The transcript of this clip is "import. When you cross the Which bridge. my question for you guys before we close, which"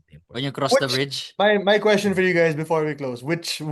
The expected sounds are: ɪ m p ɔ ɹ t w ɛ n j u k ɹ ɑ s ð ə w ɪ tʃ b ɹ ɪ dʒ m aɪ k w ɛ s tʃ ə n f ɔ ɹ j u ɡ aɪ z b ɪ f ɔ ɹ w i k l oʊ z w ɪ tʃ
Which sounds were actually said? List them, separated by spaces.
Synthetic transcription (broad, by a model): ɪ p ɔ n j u k ɹ ɑ s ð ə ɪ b ɹ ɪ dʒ m aɪ k w ɛ s tʃ ə n f ɔ ɹ j u ɡ aɪ z b ɪ f ɔ ɹ w i k l oʊ z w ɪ tʃ